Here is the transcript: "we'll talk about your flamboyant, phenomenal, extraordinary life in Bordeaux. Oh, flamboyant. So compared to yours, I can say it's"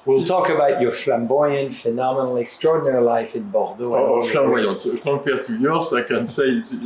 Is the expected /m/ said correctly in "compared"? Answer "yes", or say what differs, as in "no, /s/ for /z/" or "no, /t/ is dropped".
no, /m/ is dropped